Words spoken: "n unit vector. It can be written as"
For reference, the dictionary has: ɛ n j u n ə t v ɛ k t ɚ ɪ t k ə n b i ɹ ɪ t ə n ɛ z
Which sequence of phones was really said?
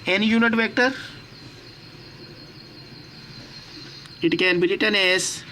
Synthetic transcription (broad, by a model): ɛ n j u n ə t v ɛ k t ɚ ɪ t k ə n b i l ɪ t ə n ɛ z